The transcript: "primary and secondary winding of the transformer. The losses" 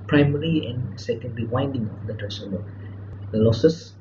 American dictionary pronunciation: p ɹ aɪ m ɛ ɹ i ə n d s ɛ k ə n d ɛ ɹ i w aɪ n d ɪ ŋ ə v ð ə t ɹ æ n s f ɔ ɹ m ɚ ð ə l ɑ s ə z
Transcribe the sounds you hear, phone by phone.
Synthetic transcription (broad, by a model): p ɹ aɪ m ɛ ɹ i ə n s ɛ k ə n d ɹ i w aɪ n d ɪ ŋ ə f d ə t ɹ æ s ɔ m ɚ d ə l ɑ s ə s